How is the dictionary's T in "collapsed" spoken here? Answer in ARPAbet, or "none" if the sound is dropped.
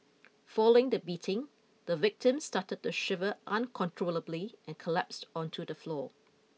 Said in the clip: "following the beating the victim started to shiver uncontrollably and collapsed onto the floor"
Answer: T